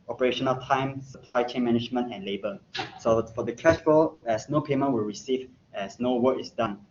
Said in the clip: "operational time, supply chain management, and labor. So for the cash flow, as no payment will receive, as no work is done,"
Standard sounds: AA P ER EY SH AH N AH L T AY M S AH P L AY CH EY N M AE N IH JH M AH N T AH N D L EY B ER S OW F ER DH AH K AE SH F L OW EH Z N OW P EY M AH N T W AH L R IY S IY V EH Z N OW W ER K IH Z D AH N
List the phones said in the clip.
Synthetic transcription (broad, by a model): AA P ER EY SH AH N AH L T AY M S AH P L AY CH EY N M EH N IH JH M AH N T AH N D L EY B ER S OW F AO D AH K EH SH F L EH S N OW P EY M AH N T W AH L R IY S IY V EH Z N OW W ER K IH S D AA N